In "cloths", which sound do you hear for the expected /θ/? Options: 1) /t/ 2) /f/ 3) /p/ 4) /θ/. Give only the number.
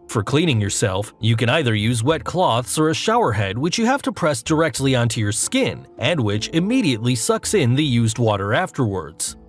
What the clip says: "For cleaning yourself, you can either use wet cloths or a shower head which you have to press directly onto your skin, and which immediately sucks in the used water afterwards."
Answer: 4